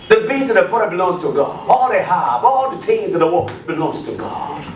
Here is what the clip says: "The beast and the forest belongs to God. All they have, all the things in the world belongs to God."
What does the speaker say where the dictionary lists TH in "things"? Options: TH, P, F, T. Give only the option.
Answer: T